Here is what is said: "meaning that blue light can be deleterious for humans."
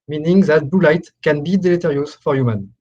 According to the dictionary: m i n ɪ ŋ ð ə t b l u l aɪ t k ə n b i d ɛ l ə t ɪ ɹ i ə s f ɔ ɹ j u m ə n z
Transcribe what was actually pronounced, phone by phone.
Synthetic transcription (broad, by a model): m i n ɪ ŋ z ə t b u l aɪ t k ə n b i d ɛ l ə t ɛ ɹ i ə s f ɔ ɹ j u m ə n